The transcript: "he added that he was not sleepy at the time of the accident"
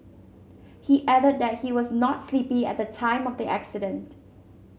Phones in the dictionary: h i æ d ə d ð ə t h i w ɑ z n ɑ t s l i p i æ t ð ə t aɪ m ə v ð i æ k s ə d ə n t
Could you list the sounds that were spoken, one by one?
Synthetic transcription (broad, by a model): h i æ d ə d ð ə t h i w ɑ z n ɑ t s l i p i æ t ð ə t aɪ m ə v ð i æ k s ə d ə n t